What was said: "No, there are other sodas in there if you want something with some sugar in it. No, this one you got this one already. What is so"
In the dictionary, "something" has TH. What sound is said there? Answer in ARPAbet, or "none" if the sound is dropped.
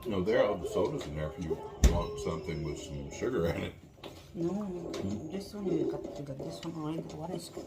TH